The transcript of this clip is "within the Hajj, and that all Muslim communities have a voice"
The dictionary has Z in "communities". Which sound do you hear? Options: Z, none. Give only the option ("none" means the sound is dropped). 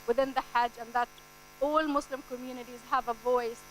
Z